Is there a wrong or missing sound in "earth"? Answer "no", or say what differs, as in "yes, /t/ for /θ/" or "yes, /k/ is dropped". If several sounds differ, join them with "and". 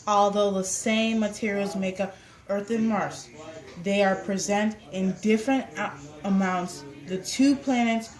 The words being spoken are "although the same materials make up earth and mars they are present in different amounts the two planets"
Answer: no